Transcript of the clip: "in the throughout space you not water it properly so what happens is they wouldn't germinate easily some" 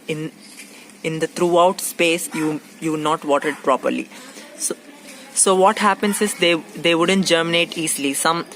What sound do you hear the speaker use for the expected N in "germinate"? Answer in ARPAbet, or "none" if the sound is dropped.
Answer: N